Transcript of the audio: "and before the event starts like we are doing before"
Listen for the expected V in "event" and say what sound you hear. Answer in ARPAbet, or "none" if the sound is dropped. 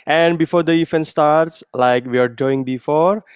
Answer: F